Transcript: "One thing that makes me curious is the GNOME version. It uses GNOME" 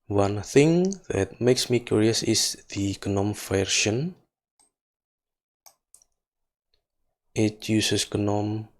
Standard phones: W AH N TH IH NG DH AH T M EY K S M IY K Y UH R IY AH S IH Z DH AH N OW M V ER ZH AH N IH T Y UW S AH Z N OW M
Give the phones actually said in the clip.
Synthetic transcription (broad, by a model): W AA N TH IH NG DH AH T M EY K S M IY K Y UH R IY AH S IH S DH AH N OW M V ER SH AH N IH T Y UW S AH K N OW M